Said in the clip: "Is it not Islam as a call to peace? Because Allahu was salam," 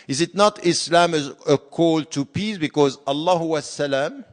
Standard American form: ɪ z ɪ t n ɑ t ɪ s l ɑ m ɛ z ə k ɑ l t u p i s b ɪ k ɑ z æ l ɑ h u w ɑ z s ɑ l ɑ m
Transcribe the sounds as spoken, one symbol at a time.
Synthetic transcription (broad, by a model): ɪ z ɪ t n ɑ t ɪ s l ɑ m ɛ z ə k ɑ l t u p i s b ɪ k ɑ z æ l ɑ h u w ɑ s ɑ l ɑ m